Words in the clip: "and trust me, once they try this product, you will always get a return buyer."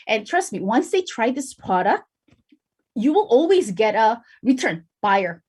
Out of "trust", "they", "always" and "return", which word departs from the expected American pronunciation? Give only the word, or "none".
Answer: none